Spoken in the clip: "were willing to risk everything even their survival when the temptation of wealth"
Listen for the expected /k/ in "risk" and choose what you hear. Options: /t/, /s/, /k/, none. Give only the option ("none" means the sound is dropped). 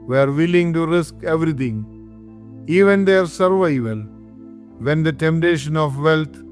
/k/